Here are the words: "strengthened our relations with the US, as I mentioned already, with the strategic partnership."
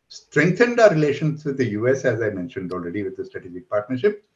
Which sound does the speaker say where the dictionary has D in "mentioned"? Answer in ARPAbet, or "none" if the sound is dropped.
D